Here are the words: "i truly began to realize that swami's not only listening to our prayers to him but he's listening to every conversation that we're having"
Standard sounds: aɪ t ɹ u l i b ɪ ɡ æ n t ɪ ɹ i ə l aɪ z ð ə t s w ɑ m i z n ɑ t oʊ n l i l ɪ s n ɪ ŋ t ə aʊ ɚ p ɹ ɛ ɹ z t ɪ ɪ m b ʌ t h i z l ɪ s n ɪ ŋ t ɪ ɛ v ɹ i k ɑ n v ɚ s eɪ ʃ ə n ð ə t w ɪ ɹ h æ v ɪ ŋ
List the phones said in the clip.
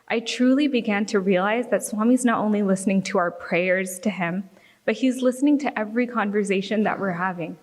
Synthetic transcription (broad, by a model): aɪ t ɹ u l i b ɪ ɡ æ n t ɪ ɹ i ə l aɪ z ð ə t s w ɑ m i z n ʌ t oʊ n l i l ɪ s n ɪ ŋ t ə aʊ ɚ p ɹ ɛ ɹ z t ɪ ɪ m b ʌ t h i z l ɪ s n ɪ ŋ t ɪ ɛ v ɹ i k ɑ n v ɚ s eɪ ʃ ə n ð ə t w ɪ ɹ h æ v ɪ ŋ